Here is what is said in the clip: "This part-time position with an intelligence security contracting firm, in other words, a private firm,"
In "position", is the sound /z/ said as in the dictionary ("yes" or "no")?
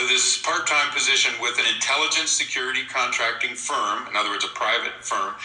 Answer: yes